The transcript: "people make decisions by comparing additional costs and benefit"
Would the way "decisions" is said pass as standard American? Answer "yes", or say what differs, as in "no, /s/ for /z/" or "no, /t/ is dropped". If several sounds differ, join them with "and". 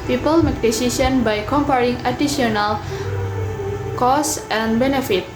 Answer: no, /s/ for /ʒ/ and /z/ is dropped